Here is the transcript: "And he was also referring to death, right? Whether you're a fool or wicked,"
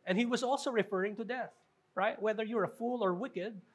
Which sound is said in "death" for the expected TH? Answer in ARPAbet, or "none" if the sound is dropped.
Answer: TH